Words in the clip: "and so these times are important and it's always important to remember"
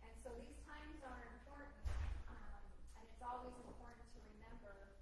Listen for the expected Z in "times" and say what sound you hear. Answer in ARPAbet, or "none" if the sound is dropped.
Z